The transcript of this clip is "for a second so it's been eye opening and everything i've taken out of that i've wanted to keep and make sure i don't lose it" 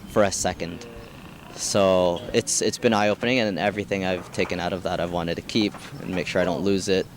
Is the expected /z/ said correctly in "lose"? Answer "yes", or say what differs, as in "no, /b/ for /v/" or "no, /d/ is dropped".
yes